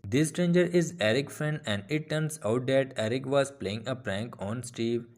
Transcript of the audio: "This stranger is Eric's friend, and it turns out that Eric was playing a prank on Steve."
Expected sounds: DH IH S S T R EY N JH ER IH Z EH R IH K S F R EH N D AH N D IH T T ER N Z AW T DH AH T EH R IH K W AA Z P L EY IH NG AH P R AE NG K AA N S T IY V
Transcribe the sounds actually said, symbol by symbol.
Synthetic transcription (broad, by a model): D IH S S T R EY N JH ER IH Z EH R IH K F R EH N D AH N D IH T T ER N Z AW T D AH T EH R IH K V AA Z P L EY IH NG AH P R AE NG K AA N S T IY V